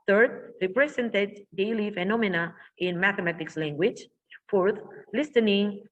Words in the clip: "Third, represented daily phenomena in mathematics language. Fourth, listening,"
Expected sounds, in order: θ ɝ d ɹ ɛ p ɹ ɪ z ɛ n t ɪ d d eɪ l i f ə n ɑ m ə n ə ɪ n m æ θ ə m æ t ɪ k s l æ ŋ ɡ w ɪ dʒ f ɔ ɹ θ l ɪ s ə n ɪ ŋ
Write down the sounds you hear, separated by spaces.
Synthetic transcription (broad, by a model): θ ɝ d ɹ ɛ p ɹ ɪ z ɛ n t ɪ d d eɪ l i f ə n ɑ m ə n ə ɪ n m æ θ ə m æ t ɪ k s l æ ŋ ɡ w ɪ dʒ f ɔ ɹ θ l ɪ s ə n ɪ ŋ